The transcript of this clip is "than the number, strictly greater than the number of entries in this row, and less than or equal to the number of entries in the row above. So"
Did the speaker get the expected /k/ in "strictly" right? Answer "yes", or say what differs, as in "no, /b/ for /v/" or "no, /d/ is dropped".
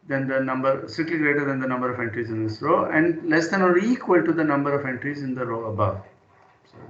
no, /k/ is dropped